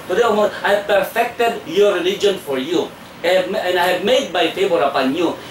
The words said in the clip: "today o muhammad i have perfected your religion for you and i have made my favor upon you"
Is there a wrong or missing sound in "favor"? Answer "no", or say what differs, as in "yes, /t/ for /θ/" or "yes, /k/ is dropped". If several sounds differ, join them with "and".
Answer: yes, /b/ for /v/